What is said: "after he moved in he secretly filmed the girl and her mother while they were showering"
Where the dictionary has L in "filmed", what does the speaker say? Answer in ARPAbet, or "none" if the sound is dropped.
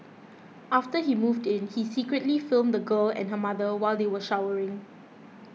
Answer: L